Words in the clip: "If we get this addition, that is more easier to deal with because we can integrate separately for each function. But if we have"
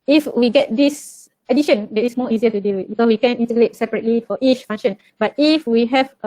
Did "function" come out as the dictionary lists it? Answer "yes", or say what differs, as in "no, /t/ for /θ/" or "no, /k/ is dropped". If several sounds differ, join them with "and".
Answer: no, /k/ is dropped